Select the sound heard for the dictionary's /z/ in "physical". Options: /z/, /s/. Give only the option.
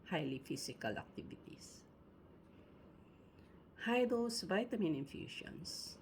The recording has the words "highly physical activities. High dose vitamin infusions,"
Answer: /s/